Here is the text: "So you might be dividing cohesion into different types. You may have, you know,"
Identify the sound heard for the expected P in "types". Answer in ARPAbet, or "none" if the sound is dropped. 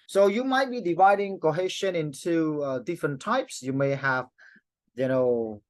P